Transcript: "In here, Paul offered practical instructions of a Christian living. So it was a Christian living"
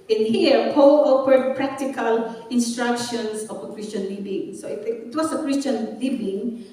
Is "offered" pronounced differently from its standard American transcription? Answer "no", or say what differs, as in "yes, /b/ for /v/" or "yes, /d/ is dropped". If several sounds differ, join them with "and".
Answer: yes, /p/ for /f/